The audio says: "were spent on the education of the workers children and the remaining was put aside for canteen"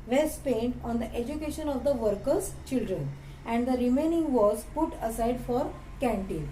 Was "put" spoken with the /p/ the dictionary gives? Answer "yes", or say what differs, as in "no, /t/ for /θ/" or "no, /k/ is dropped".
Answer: yes